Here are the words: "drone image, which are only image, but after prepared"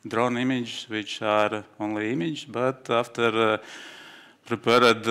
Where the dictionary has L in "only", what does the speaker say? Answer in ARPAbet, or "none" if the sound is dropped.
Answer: L